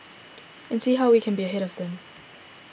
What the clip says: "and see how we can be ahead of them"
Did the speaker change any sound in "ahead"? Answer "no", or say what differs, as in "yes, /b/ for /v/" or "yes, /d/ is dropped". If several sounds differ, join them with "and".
no